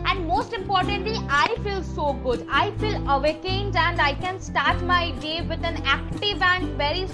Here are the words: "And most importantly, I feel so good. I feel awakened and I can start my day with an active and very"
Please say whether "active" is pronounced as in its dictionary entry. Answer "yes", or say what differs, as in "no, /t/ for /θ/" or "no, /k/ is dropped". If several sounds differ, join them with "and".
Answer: yes